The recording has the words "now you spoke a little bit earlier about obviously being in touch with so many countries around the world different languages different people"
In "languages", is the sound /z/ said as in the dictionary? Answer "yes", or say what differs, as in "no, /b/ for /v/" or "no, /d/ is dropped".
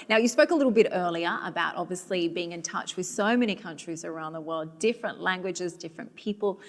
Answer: yes